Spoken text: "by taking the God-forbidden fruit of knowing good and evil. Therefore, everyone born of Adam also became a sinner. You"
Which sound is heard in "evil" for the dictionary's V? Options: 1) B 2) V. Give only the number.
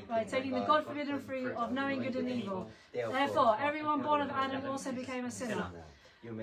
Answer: 2